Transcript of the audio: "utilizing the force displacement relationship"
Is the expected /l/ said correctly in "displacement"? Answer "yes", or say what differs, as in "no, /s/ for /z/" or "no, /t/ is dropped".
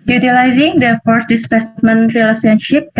no, /l/ is dropped